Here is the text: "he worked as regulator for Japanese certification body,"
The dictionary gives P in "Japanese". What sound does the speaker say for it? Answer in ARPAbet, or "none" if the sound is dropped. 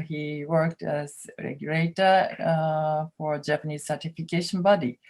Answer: P